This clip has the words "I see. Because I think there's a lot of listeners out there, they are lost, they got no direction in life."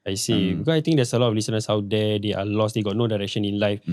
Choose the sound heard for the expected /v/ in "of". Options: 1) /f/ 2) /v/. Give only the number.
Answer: 1